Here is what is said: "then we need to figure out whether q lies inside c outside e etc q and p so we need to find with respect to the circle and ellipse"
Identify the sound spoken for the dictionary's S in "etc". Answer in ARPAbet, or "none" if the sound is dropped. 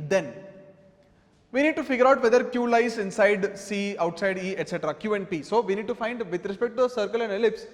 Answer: S